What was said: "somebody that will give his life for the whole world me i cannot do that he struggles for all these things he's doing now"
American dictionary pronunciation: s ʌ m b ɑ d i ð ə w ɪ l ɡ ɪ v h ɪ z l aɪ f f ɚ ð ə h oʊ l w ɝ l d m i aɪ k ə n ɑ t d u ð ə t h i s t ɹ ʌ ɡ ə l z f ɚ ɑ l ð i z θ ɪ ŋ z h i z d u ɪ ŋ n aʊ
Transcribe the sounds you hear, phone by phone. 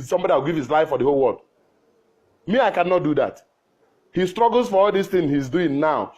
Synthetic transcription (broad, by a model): s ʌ m b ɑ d i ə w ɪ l ɡ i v h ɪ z l aɪ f f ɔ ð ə h oʊ l w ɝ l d m i aɪ k ə n ɑ t d u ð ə t h i s t ɹ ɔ ɡ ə l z f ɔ ɑ l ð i s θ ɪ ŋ h i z d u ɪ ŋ n aʊ